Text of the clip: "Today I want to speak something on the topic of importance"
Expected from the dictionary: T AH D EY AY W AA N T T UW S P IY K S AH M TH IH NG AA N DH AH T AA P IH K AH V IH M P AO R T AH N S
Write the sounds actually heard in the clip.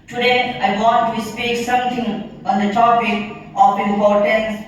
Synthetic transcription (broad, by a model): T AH D EY AY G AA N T T UW S P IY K S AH M T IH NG AA N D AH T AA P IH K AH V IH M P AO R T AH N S